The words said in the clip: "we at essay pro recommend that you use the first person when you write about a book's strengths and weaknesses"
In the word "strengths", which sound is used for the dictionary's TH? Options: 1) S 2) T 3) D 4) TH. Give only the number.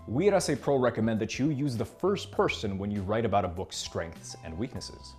4